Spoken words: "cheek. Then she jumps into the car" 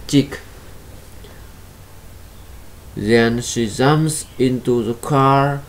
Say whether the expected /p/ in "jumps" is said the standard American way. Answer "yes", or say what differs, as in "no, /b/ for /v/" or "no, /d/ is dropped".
no, /p/ is dropped